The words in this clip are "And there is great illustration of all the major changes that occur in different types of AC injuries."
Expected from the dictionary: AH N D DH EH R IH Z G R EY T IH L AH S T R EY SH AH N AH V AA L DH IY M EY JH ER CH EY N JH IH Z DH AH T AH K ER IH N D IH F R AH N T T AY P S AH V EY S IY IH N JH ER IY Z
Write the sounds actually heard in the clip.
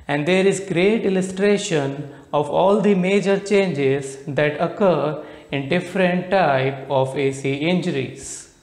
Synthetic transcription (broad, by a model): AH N D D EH R IH Z G R EY T IH L AH S T R EY SH AH N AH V AA L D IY M EY JH ER CH EY N JH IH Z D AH T AH K ER IH N D IH F R AH N T T AY P AH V EY S IY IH N JH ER IY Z